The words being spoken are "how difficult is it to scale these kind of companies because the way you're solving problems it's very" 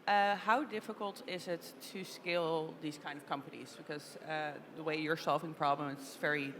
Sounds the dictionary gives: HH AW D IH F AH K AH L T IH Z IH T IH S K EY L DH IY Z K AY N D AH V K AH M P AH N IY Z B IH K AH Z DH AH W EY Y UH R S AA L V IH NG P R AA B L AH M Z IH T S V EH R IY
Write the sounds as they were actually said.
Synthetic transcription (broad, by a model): HH AW D IH F AH K AH L T IH Z IH T IH S K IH L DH IY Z K AY N D AH V K AH M P AH N IY Z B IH K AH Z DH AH W EY Y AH R S AA L V IH NG P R AA B L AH M IH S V EH R IY